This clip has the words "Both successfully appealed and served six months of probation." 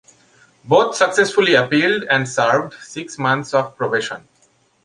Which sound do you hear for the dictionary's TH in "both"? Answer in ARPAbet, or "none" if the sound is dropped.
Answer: T